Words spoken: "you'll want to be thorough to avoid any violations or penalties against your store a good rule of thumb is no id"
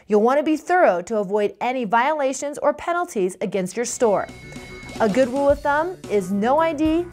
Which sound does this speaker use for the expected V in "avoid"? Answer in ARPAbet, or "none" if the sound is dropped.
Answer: V